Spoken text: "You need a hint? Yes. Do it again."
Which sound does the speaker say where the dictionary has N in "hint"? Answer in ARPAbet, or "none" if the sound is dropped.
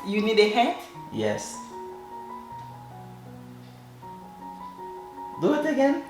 none